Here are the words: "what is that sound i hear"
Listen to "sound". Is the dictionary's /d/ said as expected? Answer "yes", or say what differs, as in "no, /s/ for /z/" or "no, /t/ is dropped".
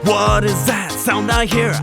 yes